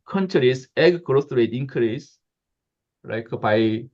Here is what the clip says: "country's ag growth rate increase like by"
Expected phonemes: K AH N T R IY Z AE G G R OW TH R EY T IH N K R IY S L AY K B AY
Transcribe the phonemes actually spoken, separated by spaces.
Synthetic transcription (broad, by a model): K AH N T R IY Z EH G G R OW T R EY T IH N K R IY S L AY K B AY